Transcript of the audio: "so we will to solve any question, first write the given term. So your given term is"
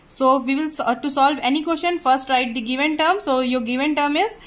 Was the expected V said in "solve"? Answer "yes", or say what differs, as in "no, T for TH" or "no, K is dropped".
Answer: yes